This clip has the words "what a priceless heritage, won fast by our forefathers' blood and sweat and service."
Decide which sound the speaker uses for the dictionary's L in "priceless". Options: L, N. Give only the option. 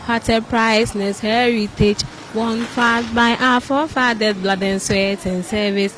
N